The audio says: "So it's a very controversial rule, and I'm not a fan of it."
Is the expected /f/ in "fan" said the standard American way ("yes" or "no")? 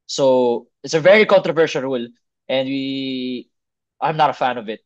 yes